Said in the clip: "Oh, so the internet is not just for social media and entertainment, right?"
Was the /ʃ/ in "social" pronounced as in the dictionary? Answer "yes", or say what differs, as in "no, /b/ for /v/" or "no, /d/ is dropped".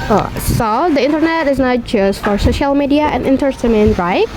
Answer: yes